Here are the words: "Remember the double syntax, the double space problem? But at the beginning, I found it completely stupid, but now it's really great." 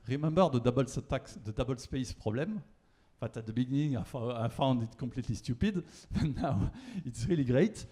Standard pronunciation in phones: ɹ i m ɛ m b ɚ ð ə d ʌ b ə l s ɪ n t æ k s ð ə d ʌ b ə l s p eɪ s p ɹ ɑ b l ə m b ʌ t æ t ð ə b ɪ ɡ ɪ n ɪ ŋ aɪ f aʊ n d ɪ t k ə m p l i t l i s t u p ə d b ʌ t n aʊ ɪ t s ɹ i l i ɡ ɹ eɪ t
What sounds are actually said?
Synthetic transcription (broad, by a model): ɹ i m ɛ m b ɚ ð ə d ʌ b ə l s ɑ t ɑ k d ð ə d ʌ b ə l s p eɪ s p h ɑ b l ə m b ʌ t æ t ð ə b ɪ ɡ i n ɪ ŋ aɪ f aʊ n d ɪ t k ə p l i t l i s t u p ə d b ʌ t n aʊ ɪ t s ɹ i l i ɡ ɹ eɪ t